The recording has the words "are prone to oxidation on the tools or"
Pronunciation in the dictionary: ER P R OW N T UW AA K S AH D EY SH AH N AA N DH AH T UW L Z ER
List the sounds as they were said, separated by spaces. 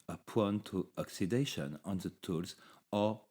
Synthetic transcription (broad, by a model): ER P W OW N T UW AA K S AH D EY SH AH N AA N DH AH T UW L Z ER